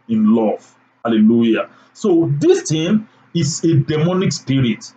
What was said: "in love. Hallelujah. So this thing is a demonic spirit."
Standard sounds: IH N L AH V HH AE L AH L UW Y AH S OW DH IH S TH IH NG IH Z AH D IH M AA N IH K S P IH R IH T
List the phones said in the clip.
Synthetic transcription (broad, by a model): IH N L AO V HH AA L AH L UW Y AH S OW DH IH S T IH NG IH S AH D IH M AA N IH K S P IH R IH T